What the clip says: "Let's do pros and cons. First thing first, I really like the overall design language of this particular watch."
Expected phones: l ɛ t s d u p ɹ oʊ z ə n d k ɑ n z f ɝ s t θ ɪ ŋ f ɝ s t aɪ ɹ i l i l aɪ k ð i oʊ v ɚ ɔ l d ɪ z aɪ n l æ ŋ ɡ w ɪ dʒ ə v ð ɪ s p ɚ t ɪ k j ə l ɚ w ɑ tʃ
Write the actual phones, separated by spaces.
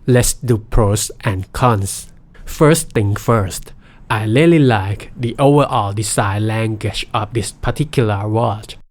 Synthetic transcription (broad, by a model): l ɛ t s d u p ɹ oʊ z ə n k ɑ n s f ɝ s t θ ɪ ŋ f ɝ s t aɪ l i l i l aɪ k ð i oʊ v ɚ ɔ l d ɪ s aɪ l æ ŋ ɡ w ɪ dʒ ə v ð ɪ s p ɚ t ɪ k j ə l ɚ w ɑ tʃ